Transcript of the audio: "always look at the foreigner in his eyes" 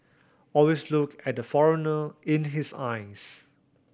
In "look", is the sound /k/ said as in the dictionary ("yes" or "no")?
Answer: yes